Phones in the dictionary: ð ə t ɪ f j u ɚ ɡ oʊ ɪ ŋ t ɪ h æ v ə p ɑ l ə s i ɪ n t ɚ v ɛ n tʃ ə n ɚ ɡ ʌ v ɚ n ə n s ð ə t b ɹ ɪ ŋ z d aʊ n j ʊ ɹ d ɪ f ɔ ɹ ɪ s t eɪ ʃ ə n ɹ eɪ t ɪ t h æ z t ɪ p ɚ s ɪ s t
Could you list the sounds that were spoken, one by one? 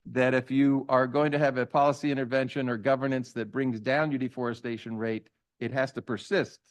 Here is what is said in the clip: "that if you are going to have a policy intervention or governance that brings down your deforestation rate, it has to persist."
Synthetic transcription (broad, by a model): ð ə t ɪ f j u ɚ ɡ oʊ ɪ ŋ t ɪ v ə p ɑ l ə s i ɪ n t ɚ v ɛ n ʃ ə n ɚ ɡ ʌ v ɚ n ə n s ð ə t b ɹ ɪ ŋ z d aʊ n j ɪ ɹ d ɪ f ɔ ɹ ɪ s t eɪ ʃ ə n ɹ eɪ t ɪ t h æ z t ɪ p ɚ s ɪ s t